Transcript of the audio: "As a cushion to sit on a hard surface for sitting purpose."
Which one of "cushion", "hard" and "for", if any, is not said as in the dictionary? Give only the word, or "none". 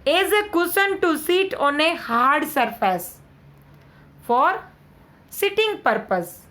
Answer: cushion